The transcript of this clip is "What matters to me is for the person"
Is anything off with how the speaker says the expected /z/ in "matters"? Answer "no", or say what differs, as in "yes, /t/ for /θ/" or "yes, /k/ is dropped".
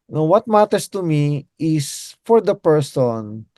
yes, /s/ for /z/